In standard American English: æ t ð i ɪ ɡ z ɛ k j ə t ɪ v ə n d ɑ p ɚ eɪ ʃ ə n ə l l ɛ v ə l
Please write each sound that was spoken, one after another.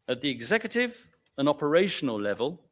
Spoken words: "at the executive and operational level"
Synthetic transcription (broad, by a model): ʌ t ð i ɪ ɡ z ɛ k j ə t ɪ v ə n ɑ p ɚ eɪ ʃ ə n ə l l ɛ v ə l